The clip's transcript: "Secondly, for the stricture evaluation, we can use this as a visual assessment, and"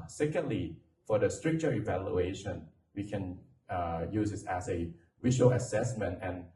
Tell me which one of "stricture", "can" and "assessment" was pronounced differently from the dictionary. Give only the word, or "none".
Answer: none